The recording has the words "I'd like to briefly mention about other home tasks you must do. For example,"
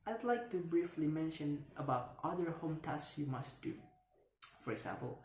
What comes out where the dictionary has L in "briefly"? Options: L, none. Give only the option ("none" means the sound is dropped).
L